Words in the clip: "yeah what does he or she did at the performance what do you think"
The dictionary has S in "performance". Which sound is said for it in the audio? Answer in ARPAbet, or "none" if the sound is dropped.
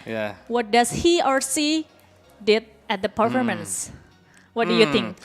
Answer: S